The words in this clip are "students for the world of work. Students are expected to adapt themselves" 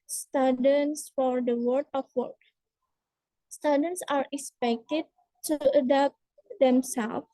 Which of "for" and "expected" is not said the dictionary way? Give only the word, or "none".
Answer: none